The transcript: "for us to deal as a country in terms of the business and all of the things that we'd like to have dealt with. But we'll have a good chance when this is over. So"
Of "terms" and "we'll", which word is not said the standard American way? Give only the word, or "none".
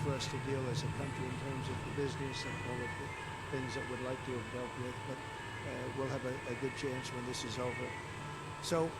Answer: none